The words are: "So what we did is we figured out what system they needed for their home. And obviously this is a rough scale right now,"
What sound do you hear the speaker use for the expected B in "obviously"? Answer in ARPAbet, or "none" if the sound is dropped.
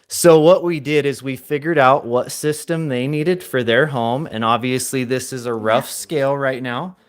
B